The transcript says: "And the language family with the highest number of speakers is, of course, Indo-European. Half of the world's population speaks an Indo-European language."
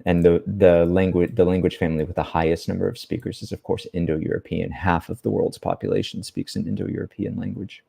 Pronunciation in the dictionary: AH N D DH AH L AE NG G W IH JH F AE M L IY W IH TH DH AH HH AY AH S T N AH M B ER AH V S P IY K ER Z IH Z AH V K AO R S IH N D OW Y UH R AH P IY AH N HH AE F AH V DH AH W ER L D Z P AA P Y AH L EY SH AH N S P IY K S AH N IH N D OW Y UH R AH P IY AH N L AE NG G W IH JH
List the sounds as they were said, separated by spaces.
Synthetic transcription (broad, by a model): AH N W DH AH L AE NG G W IH JH F AE M L IY W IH DH AH HH AY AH S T N AH M B ER AH V S P IY K ER Z IH Z AH V K AO R S IH N D OW Y UH R AH P IY AH N HH AE F AH V DH AH W ER L D Z P AA P Y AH L EY SH N S P IY K S AH N IH N D OW Y UH R AH P IY AH N L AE NG G W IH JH